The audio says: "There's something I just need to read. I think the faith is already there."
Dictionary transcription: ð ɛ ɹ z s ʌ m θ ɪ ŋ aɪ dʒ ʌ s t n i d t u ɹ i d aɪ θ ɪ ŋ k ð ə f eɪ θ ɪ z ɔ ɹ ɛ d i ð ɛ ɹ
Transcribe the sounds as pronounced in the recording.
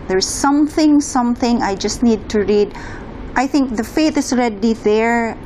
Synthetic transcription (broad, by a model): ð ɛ ɹ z s ʌ m θ ɪ ŋ aɪ dʒ ʌ s t n i d t u ɹ i d aɪ θ ɪ ŋ k ð ə f eɪ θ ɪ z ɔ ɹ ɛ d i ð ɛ ɹ